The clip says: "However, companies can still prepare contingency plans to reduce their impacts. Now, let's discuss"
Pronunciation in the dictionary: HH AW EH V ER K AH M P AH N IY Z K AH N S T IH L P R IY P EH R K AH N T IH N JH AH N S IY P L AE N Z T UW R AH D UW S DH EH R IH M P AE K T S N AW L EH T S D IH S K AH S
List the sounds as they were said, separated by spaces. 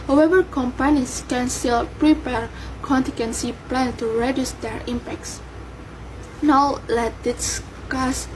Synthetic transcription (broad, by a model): HH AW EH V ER K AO M P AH N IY S K AH N S T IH L P R IY P EH R K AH N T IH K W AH N S IY P L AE N T UW R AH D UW S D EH R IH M P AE K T S N AW L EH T D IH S K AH S